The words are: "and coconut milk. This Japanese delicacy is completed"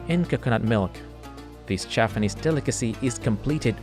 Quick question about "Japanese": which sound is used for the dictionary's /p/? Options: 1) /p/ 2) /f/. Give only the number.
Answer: 2